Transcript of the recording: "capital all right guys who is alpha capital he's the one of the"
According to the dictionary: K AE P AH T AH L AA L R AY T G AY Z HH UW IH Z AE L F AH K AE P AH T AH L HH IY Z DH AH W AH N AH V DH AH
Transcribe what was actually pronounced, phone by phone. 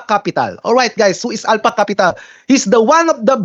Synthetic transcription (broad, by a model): K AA P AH T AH L AA L R AY T G AY S HH UW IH S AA L P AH K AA P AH T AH L HH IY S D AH W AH N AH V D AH